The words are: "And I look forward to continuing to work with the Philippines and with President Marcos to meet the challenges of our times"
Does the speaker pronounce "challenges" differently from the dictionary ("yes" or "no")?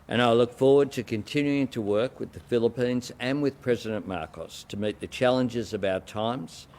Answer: no